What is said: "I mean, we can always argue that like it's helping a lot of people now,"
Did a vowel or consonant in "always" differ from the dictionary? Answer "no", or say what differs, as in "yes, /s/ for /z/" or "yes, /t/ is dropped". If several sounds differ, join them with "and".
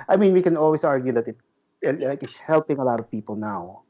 yes, /s/ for /z/